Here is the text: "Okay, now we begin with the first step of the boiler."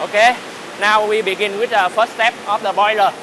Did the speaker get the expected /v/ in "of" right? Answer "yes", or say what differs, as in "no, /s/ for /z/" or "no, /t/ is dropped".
no, /f/ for /v/